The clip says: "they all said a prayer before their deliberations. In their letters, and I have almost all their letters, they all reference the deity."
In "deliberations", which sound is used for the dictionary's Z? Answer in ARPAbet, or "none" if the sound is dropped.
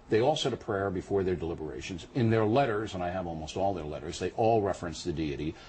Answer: Z